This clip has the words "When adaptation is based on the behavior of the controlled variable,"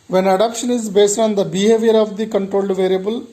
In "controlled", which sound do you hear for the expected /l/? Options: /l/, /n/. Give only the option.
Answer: /l/